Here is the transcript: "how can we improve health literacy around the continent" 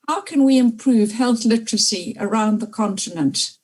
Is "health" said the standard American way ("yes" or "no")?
yes